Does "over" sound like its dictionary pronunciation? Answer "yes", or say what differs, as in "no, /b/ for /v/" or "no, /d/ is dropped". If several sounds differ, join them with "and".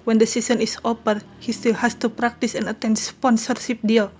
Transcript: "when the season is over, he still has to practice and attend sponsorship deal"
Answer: no, /p/ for /v/